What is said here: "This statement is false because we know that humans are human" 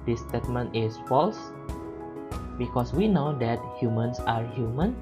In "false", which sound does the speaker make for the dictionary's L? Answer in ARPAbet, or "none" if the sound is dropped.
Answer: L